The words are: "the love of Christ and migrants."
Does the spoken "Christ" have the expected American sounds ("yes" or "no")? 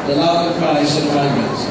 no